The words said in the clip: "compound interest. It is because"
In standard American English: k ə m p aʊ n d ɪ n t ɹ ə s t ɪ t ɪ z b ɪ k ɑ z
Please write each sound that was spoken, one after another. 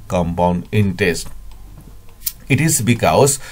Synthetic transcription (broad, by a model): k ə m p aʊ n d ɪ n t ə s t ɪ t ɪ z b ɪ k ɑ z